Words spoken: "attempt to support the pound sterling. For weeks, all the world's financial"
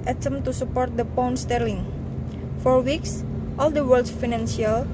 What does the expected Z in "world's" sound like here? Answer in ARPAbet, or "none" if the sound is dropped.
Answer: none